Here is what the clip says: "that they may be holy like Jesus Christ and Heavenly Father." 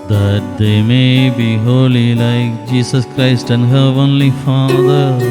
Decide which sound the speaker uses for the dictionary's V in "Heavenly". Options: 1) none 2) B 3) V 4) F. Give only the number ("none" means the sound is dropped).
1